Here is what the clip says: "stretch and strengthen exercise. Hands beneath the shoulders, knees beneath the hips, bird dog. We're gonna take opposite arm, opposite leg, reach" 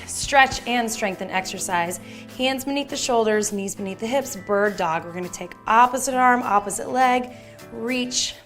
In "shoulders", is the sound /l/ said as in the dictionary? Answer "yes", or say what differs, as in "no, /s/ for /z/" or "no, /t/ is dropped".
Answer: yes